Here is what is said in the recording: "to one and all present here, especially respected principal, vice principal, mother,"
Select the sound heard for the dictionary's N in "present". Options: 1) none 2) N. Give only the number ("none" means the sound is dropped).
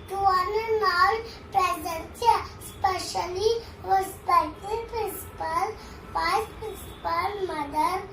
1